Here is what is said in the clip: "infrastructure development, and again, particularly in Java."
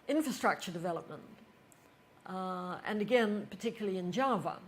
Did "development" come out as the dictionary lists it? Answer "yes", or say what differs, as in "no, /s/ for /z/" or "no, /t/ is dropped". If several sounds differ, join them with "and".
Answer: yes